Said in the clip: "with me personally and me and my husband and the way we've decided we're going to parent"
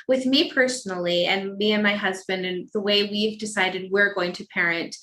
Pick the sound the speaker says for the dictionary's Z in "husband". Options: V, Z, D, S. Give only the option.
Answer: Z